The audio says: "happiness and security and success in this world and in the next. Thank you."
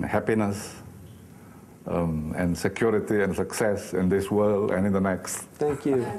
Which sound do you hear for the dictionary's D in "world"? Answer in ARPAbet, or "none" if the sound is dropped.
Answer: none